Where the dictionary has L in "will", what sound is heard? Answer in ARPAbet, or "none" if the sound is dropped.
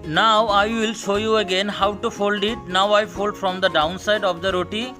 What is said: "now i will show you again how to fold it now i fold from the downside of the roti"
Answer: L